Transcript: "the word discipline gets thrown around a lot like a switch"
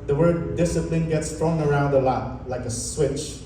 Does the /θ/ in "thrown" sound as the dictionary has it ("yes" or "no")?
no